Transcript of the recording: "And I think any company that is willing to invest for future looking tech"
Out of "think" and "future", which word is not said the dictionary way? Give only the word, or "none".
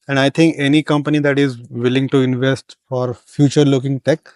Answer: think